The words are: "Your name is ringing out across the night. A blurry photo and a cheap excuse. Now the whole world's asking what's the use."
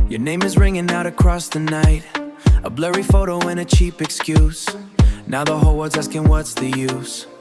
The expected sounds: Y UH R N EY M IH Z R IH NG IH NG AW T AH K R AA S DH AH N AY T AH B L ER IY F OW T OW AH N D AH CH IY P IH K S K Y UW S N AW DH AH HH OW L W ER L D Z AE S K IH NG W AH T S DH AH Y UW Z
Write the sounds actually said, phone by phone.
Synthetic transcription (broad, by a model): Y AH R N EY M IH Z R IH NG IH NG AW T AH K R AA S DH AH N AY T AH B L ER IY F OW T OW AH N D AH CH IY P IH K S K Y UW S N AW DH AH HH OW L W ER D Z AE S K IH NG W AH T S DH AH Y UW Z